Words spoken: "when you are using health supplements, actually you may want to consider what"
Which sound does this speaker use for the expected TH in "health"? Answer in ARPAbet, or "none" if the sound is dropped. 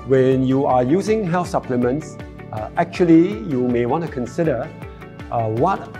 F